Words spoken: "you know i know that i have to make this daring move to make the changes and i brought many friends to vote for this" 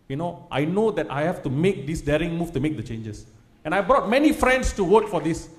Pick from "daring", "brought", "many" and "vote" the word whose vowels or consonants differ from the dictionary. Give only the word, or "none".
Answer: vote